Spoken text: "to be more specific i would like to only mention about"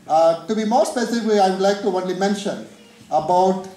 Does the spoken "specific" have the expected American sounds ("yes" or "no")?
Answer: no